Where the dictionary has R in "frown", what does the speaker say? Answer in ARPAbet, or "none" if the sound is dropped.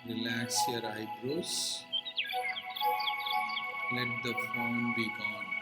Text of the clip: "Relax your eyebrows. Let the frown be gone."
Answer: none